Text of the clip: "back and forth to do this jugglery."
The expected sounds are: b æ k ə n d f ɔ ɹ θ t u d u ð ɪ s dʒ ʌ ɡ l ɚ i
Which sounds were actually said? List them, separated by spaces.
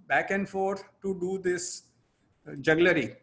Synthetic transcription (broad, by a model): b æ k ə n d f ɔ ɹ t t u d u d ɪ s dʒ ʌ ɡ l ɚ i